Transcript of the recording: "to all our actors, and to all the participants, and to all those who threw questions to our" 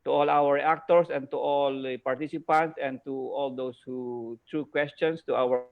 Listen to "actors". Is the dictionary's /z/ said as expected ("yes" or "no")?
no